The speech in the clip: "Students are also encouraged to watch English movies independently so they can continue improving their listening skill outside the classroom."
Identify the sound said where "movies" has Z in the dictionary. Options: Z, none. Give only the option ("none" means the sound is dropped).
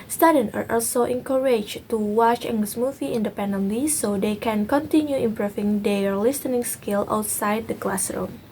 none